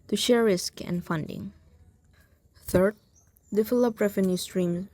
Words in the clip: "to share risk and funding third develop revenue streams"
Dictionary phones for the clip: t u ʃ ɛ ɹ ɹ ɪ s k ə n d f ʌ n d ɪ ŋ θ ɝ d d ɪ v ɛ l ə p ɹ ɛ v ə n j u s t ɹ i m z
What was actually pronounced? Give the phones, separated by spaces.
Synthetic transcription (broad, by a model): t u ʃ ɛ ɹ ɹ ɪ s k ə n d f ʌ n d ɪ ŋ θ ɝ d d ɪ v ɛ l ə p ɹ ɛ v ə n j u s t ɹ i m